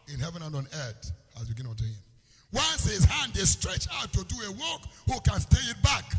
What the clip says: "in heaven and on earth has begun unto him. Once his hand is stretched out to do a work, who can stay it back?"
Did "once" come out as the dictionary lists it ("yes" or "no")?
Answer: yes